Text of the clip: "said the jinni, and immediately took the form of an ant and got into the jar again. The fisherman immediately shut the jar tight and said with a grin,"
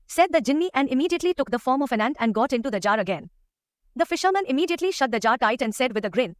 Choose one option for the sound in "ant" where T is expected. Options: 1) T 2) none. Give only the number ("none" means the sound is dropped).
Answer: 1